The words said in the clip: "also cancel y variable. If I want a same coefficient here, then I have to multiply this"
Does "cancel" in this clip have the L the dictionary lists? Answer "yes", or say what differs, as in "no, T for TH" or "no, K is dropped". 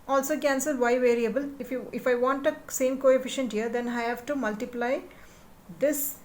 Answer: yes